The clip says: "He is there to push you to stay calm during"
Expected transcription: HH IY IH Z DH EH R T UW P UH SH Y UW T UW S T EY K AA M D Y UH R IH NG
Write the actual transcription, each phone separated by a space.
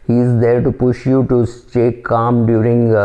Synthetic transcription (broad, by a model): HH IY IH Z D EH R T UW P UH SH Y UW T UW S T EY K AA M D Y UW R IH NG